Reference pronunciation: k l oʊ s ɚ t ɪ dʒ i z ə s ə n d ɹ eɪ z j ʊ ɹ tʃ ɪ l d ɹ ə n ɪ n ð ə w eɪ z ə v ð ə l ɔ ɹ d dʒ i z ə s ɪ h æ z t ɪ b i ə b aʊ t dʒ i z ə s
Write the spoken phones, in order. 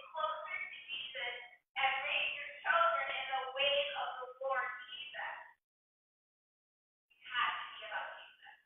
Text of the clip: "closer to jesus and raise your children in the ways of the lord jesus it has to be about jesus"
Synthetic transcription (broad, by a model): k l oʊ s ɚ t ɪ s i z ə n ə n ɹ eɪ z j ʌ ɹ tʃ ɪ l d ɹ ə n ɪ n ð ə w eɪ ə v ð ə w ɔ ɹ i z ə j ɪ h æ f t ɪ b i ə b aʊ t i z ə